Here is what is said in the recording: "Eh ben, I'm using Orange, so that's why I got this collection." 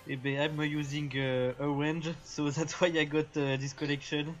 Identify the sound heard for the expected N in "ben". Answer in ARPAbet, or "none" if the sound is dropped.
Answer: none